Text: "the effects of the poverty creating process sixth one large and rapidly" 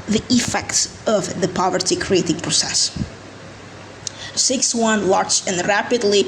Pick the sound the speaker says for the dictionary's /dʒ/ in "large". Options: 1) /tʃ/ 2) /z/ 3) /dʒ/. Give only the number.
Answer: 1